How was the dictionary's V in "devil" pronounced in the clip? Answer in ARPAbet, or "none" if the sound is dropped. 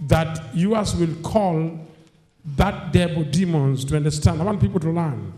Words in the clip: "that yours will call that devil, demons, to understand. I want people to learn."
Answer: B